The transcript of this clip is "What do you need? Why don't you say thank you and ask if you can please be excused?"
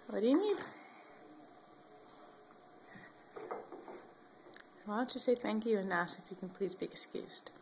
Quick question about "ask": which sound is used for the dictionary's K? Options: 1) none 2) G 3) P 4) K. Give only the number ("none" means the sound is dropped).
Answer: 1